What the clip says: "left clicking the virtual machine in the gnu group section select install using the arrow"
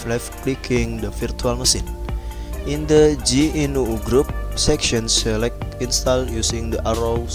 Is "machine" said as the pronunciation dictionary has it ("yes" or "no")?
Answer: no